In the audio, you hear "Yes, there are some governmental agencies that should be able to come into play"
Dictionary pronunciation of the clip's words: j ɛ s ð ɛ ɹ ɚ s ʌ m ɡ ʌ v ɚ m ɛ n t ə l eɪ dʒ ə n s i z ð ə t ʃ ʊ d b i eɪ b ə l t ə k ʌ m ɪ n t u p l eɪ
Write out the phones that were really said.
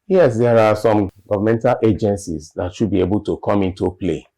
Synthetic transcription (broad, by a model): j ɛ s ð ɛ ɹ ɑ s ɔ m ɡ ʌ v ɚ m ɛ n t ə l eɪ dʒ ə n s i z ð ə t ʃ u d b i eɪ b ə l t ə k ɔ m ɪ n t u p l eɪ